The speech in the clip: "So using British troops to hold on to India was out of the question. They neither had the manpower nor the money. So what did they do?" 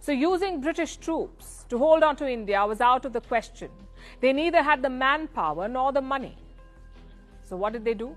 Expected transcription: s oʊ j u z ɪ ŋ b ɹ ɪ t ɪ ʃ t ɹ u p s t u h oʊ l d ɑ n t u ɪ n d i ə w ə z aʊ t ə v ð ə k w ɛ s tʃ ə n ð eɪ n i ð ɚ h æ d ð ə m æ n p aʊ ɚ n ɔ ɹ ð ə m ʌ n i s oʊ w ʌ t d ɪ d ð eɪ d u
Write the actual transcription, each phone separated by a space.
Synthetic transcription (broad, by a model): s oʊ j u z ɪ ŋ b ɹ ɪ t ɪ ʃ t ɹ u p s t u h oʊ l d ɑ n t u ɪ n d i ə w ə z aʊ t ə v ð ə k w ɛ s tʃ ə n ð eɪ n i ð ɚ h æ d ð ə m æ n p aʊ ɚ n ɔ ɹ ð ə m ʌ n i s oʊ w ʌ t d ɪ d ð eɪ d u